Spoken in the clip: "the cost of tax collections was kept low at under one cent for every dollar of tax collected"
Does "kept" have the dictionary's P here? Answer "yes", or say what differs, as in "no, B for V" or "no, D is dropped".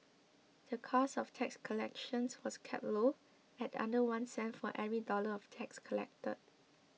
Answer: no, P is dropped